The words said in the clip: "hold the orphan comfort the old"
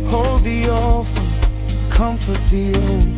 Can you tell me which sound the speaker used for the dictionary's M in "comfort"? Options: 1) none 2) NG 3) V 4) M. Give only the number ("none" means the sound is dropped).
4